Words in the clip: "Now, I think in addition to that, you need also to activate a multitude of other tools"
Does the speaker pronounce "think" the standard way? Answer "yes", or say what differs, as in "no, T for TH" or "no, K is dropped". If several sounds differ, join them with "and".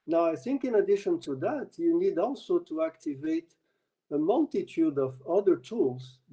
yes